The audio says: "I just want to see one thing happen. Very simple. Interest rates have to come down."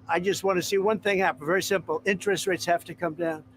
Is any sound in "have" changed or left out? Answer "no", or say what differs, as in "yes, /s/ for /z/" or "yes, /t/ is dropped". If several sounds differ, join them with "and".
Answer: yes, /f/ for /v/